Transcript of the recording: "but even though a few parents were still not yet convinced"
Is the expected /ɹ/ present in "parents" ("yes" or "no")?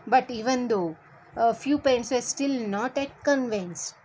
no